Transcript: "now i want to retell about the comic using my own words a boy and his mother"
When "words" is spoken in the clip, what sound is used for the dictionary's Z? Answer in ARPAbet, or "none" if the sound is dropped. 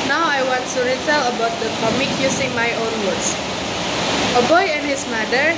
S